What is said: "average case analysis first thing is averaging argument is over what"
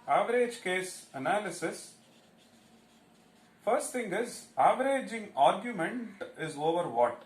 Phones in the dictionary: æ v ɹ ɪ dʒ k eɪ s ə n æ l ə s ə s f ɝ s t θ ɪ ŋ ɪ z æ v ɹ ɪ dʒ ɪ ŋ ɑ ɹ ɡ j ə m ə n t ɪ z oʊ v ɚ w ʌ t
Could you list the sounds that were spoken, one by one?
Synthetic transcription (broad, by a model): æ v ɹ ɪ dʒ k eɪ s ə n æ l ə s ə s f ɝ s t t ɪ ŋ ɪ z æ v ɹ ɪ dʒ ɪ ŋ ɑ ɹ ɡ j ə m ə n t ɪ z oʊ v ɚ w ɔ t